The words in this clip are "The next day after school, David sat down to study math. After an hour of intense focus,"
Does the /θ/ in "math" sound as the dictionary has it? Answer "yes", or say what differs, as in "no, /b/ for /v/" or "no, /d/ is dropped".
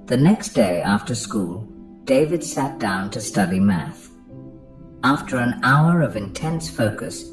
yes